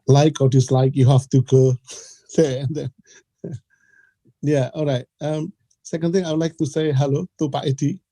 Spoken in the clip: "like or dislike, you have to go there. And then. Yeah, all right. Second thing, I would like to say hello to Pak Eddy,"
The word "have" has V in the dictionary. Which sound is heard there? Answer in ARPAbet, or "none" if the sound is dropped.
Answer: F